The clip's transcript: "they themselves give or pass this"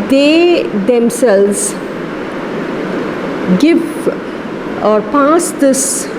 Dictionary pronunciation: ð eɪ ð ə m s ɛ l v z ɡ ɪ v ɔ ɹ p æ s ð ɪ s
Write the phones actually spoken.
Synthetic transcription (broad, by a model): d eɪ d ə m s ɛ l z ɡ ɪ v ɔ ɹ p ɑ s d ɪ s